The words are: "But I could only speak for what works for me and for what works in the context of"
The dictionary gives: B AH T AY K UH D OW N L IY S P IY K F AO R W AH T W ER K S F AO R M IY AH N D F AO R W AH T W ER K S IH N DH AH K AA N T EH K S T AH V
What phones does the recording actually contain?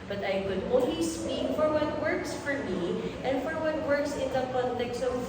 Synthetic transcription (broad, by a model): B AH T AY K UH D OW L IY S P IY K F AO R W AH T W ER K S F AO R M IY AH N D F AO R W AH T W ER K S IH N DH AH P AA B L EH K S AH